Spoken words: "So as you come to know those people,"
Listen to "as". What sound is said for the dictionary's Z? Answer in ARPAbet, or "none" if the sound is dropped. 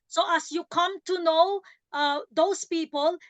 S